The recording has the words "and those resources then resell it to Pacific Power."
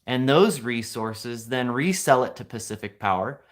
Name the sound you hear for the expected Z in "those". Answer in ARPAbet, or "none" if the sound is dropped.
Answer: Z